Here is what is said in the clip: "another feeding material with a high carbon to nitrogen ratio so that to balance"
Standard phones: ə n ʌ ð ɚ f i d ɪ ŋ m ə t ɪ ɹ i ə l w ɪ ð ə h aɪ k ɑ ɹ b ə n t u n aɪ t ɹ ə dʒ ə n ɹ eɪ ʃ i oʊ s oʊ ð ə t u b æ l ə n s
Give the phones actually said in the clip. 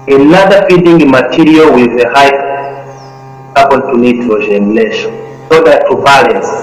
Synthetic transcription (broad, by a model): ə n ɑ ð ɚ f i d ɪ ŋ m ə t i ɹ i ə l w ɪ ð ə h aɪ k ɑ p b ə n t u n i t l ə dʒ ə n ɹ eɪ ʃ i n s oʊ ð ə t u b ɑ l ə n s